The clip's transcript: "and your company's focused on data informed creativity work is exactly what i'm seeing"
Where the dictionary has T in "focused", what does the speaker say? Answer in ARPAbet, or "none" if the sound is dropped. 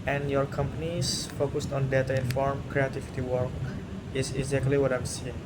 T